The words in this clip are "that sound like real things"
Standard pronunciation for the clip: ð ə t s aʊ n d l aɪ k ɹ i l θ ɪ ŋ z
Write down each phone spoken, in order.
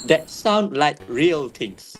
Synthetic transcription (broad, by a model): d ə t s aʊ n d l aɪ k ɹ i l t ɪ ŋ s